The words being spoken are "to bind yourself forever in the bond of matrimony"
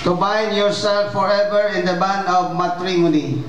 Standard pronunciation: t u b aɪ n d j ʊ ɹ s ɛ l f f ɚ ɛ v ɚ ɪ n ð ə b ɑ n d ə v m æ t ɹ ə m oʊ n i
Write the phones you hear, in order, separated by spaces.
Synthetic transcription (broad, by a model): t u b aɪ n d j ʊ ɹ s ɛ l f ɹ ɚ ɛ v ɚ ɪ n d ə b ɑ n ə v m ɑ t ɹ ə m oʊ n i